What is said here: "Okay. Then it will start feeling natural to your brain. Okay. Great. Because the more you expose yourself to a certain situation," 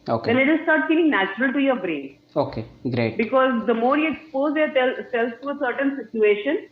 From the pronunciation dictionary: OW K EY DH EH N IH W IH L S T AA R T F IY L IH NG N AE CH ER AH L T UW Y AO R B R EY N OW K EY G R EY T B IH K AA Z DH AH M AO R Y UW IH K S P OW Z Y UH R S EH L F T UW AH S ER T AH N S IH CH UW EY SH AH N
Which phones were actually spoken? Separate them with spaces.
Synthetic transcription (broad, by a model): OW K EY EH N IH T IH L S T AA R T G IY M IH NG N AE CH ER AH L T UW Y AO R B R EY N OW K EY G R EY T B IH K AA Z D AH M AO R Y UW IH K S P OW Z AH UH L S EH L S T UW AH S ER T AH N S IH CH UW EY SH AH N